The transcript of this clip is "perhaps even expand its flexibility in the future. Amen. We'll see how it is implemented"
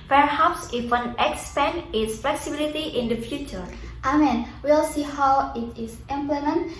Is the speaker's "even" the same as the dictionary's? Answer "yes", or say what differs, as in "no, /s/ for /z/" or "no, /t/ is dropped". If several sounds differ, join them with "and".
no, /w/ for /v/